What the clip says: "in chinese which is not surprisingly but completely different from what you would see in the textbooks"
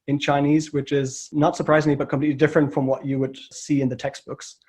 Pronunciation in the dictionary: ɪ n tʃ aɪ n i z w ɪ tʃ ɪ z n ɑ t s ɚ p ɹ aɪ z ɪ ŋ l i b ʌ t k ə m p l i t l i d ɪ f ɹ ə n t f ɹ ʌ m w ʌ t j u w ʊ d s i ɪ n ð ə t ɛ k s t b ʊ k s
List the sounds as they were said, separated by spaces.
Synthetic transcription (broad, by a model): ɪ n tʃ aɪ n i z w ɪ tʃ ɪ z n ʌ t s ɚ p ɹ aɪ z ɪ ŋ l i b ʌ t k ə m p l i t l i d ɪ f ɹ ə n t f ɹ ʌ m w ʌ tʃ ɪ w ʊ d s i ɪ n ð ə t ɛ k s t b ʊ k s